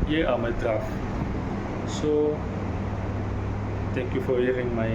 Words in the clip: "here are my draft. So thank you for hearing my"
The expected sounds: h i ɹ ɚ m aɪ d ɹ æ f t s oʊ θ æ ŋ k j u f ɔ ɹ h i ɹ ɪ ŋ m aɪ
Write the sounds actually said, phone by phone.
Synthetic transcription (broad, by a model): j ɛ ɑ m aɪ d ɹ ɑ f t s oʊ t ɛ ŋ k j u f ɔ ɹ h i ɹ ɪ ŋ m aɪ